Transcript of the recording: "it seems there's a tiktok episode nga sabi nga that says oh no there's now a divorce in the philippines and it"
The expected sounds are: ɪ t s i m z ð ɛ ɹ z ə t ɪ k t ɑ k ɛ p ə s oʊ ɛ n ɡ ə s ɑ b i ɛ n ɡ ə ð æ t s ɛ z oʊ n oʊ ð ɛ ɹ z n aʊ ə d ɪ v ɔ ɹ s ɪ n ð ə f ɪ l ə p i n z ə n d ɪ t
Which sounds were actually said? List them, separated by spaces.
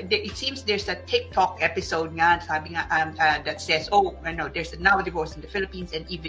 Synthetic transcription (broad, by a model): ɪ t s i m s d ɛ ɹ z ə t ɪ k t ɑ k ɛ p ə s oʊ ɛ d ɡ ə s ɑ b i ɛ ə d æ t s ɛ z oʊ n oʊ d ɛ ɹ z n aʊ ə d ɪ v ɔ ɹ s ɪ n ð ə f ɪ l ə p i n s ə n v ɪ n